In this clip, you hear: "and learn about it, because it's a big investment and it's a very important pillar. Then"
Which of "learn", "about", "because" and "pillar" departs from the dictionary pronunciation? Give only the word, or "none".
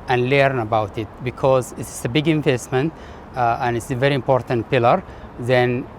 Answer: none